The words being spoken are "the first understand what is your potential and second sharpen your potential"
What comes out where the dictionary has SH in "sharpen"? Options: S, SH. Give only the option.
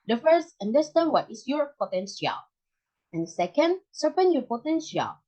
S